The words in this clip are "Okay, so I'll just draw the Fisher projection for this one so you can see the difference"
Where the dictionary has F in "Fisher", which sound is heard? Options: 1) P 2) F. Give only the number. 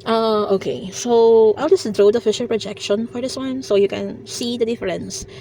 2